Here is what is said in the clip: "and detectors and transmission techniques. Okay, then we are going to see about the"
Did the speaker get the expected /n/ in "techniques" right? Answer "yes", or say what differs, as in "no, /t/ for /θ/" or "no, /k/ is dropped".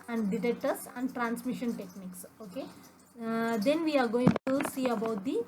yes